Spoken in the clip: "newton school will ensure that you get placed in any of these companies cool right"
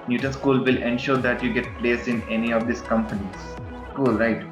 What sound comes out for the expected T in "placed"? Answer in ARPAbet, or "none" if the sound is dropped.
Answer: none